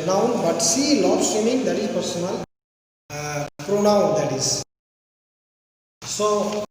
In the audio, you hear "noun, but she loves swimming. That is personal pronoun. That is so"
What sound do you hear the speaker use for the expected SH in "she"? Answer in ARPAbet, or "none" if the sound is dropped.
S